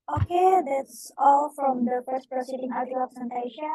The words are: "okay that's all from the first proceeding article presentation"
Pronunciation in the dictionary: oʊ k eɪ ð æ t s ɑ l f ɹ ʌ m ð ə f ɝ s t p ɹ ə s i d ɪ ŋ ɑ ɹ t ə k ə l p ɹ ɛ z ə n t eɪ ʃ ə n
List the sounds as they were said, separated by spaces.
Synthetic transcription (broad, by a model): oʊ k eɪ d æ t s ɑ l f ɹ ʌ m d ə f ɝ s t p ɹ ə s i d ɪ ŋ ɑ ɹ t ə ə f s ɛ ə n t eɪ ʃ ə